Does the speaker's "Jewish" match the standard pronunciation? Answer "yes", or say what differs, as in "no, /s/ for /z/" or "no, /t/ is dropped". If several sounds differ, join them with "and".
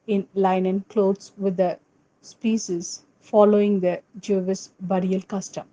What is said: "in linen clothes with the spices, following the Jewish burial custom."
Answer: no, /s/ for /ʃ/